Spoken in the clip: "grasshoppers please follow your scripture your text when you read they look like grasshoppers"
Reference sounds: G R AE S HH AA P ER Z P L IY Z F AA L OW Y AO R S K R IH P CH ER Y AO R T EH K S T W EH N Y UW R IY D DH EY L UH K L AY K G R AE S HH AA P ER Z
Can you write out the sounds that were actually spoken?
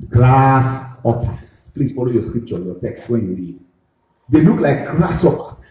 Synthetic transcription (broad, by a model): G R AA S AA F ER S P L IY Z F AA L OW Y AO S K R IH P CH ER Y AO T EH K S T W EH N Y UW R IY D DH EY L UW K L AY K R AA S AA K